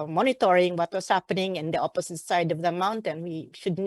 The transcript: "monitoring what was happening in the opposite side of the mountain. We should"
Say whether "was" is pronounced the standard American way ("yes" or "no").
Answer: no